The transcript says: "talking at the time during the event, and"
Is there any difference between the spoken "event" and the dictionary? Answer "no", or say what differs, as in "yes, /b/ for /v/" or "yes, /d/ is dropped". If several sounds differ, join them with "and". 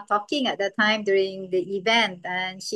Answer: no